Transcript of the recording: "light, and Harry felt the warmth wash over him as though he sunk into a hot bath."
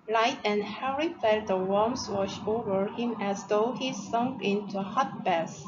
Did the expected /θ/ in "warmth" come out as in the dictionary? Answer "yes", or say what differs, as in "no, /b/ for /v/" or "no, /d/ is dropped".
no, /s/ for /θ/